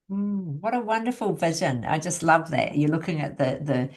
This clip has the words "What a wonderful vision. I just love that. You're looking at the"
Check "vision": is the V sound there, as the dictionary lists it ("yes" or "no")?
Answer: yes